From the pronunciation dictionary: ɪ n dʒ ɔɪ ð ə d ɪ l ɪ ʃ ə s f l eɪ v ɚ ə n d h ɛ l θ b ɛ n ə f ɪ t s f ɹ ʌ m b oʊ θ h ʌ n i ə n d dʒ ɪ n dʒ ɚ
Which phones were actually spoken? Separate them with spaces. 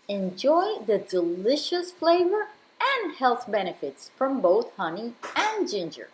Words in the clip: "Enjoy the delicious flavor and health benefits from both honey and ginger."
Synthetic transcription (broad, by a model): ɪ n dʒ ɔɪ ð ə d ɪ l ɪ ʃ ə s f l eɪ v ɚ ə n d h ɛ l θ b ɛ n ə f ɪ t s f ɹ ʌ m b oʊ θ h ʌ n i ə n dʒ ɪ n dʒ ɚ